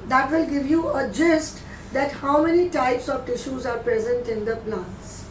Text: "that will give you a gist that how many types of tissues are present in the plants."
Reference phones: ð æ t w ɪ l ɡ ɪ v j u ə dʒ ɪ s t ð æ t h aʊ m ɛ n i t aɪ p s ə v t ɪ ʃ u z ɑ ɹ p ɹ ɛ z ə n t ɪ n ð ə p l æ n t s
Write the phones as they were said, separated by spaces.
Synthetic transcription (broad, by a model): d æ t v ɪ l ɡ ɪ v j u ə dʒ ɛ s t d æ t h aʊ m ɛ n i t aɪ p s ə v t ɪ ʃ u z ɑ ɹ p ɹ ɛ z ə n t ɪ n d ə p l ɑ n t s